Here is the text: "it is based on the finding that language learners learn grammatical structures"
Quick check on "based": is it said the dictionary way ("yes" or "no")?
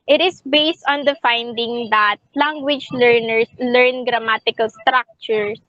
yes